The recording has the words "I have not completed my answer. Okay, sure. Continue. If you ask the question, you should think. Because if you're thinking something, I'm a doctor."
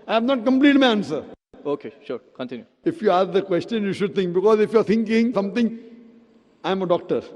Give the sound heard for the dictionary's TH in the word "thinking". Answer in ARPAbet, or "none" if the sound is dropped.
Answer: T